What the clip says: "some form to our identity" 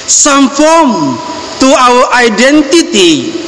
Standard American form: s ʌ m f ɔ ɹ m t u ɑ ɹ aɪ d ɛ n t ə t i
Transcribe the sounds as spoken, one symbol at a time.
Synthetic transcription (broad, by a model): s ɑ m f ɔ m t u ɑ w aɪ d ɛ n t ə t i